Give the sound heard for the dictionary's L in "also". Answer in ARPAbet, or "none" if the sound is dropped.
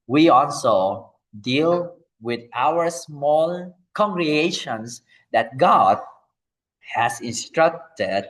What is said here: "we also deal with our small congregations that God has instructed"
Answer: L